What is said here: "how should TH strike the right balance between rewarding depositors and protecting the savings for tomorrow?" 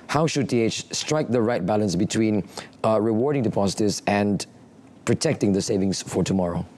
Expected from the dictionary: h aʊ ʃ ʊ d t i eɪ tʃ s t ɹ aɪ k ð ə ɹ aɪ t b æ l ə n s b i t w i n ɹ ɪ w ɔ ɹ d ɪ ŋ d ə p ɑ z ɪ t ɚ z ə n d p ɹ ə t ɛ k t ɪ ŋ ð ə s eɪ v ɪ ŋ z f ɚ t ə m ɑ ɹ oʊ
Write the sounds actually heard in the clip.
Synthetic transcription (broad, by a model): h aʊ ʃ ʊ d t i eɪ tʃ s t ɹ aɪ k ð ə ɹ aɪ t b æ l ə n s b i t w i n ɹ ɪ w ɔ ɹ d ɪ ŋ d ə p ɑ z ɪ t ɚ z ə n p ɹ ə t ɛ k t ɪ ŋ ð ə s eɪ v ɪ ŋ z f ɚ t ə m ɑ ɹ oʊ